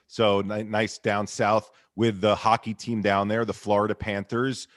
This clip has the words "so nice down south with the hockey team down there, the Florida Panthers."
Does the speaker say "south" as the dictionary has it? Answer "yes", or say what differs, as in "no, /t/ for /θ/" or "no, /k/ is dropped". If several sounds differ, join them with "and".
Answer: yes